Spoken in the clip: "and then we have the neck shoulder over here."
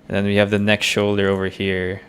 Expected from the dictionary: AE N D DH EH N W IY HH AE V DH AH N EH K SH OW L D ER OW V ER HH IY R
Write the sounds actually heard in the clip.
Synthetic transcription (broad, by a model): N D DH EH N W IY HH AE V DH AH N EH K SH OW L D ER OW V ER HH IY R